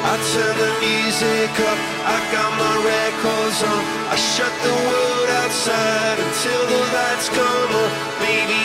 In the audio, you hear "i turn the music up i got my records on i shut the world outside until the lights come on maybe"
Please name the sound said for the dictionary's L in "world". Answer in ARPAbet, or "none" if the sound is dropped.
none